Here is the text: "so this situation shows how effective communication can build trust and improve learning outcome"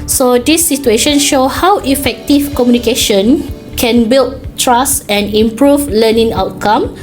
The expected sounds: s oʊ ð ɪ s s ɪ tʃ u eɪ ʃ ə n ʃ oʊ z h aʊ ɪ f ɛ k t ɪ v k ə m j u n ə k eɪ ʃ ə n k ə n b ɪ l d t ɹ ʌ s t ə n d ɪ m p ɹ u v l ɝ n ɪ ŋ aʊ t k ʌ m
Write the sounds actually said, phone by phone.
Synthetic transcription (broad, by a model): s oʊ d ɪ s s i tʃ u eɪ ʃ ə n ʃ oʊ h aʊ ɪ f ɛ k t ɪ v k ə m j u n ə k eɪ ʃ ə n k ə n b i l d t ɹ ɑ s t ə n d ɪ m p ɹ u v l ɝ n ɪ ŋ aʊ t k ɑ m